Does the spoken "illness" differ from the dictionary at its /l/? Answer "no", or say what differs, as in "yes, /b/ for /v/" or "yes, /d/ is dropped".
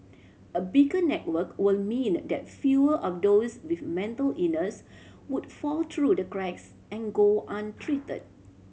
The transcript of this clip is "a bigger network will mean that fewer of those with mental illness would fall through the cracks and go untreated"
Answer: yes, /l/ is dropped